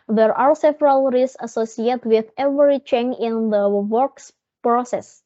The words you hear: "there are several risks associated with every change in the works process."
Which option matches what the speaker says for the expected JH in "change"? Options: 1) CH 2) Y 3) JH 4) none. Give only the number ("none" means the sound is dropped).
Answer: 4